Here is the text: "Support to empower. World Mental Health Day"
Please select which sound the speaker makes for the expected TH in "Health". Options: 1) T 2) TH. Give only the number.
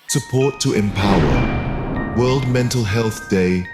2